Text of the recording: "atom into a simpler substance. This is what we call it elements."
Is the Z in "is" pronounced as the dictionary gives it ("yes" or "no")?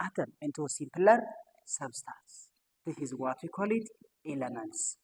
yes